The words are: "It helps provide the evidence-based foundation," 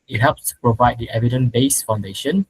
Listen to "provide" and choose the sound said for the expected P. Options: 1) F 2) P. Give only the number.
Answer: 2